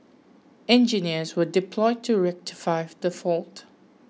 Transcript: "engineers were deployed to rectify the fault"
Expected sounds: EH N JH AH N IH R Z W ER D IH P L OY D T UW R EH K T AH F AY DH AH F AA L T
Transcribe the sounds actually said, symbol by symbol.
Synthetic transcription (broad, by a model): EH N JH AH N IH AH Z W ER D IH P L OY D T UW R EH K T AH F AY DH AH F AA L T